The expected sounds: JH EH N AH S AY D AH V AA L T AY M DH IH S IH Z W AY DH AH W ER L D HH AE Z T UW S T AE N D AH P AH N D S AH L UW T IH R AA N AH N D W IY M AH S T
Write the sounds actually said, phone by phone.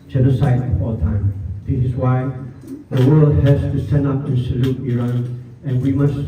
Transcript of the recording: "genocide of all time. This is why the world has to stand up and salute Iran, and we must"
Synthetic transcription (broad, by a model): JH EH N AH S AY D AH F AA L T AY M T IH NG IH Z W AY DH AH W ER L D HH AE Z T UW S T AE N AH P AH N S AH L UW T IH R AA N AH N W IY M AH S